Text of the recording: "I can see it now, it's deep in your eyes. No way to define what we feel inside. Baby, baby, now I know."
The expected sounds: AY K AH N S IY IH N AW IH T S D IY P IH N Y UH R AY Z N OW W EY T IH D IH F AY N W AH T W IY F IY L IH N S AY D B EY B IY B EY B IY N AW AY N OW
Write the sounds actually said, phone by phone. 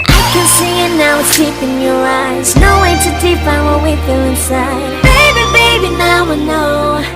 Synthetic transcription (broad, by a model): AY K AH N S IY IH N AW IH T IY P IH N Y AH R AY Z N OW W EY T IH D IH P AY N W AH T W IY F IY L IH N S AY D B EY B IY B EY B IY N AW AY N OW